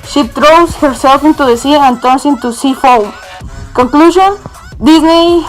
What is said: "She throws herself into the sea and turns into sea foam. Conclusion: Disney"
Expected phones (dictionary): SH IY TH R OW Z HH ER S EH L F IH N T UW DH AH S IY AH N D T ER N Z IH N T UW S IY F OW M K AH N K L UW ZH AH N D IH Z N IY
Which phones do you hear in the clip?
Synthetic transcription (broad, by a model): SH IY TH R OW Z HH ER S EH L F IH N T UW DH AH S IY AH N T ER N S IH N T UW S IY F OW M K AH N K L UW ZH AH N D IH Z N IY